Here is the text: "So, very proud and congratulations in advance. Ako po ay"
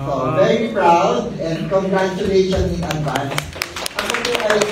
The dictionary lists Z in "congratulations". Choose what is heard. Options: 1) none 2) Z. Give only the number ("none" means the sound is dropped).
1